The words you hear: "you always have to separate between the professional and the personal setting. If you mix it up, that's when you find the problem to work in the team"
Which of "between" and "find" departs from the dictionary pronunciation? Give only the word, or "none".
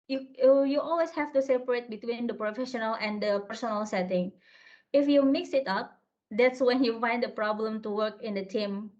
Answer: none